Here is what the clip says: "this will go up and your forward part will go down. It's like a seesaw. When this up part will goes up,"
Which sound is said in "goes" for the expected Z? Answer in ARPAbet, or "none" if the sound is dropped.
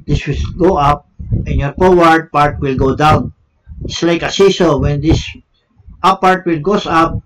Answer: S